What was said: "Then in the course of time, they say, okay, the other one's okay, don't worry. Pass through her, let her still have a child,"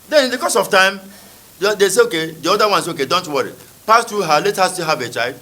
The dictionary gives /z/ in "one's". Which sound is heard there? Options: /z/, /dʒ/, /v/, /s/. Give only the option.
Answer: /s/